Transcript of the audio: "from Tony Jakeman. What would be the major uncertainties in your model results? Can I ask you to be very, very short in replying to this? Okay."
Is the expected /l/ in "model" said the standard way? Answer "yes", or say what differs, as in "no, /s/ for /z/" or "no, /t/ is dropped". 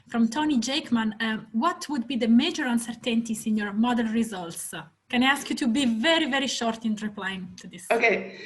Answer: no, /n/ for /l/